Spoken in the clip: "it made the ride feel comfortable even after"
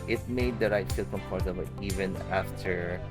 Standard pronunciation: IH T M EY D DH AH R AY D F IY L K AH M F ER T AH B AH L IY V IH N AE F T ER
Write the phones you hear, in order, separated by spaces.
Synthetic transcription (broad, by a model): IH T M EY D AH R AY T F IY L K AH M P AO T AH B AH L IY V IH N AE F T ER